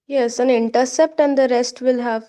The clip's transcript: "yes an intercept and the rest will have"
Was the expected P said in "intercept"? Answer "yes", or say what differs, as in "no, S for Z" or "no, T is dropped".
yes